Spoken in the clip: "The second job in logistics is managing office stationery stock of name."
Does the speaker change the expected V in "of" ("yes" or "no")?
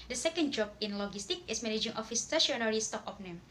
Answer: yes